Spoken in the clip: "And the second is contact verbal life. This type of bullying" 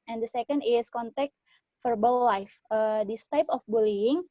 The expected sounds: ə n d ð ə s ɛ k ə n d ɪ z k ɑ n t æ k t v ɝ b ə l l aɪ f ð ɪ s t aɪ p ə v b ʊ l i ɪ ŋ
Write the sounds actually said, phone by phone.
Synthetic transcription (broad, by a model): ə n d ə s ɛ k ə n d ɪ s k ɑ n t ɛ k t f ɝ b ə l l aɪ f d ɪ s t aɪ p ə f b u l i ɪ ŋ